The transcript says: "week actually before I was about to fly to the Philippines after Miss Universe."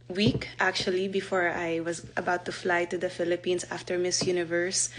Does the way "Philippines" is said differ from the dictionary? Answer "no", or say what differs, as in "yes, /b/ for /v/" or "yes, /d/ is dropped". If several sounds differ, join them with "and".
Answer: yes, /s/ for /z/